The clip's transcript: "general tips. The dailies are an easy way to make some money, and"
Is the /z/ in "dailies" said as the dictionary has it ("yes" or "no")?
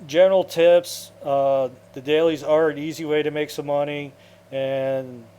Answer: yes